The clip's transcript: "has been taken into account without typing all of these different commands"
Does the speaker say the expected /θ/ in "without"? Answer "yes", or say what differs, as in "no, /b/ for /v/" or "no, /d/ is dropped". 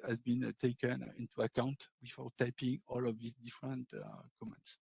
no, /f/ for /θ/